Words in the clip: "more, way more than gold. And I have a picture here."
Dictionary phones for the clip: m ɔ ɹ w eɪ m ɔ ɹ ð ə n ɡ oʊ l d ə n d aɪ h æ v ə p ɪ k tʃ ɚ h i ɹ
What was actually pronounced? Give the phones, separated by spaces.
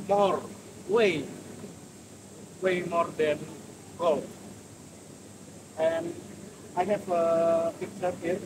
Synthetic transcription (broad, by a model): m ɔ ɹ w eɪ m ɔ ɹ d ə n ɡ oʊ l ə n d aɪ h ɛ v ə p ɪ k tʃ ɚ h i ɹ